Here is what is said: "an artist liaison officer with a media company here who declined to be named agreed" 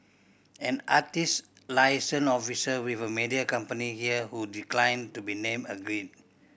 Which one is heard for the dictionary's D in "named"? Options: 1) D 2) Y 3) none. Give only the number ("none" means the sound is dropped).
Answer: 3